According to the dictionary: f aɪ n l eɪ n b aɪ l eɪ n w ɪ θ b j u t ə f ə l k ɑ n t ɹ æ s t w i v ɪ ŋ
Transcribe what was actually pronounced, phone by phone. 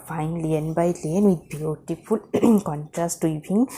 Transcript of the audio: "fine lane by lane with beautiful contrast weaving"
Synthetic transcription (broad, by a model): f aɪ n l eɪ n b aɪ l eɪ n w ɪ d b j u t ə f ə l k ɑ n t ɹ æ s t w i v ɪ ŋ